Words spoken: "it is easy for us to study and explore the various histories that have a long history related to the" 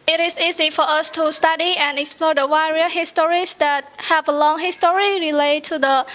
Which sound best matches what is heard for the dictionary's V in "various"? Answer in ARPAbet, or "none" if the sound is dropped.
W